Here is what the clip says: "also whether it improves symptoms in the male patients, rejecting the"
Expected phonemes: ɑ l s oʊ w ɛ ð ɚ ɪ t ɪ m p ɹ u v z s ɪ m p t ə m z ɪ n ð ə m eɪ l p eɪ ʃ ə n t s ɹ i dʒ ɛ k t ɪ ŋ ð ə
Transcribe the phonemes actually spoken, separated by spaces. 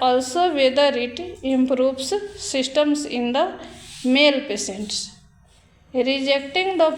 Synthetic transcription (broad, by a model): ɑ l s oʊ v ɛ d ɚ ɪ t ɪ m p ɹ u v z s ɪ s t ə m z ɪ n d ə m eɪ l p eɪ s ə n t s ɹ i dʒ ɛ k t ɪ ŋ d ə